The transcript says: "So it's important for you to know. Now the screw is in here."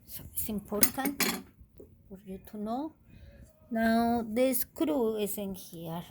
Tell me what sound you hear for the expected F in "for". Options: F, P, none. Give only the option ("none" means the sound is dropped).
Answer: P